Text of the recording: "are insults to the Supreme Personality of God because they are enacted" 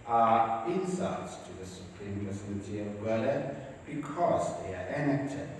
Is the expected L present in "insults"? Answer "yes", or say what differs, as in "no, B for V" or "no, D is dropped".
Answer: no, L is dropped